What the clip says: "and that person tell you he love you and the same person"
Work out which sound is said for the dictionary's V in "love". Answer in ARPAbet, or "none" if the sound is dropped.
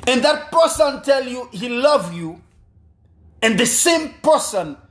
V